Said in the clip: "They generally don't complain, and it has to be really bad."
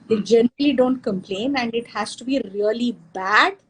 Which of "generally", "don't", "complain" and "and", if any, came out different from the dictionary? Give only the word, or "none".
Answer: none